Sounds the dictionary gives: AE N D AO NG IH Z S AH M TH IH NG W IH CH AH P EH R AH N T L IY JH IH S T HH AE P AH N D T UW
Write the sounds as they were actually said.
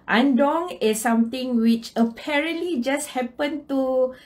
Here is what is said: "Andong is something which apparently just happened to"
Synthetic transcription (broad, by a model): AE N D AO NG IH S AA M T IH NG W IH CH AH P EH R AH N T L IY JH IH S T HH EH P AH N T UW